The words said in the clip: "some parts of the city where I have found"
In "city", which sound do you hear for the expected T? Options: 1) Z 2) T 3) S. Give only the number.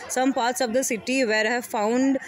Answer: 2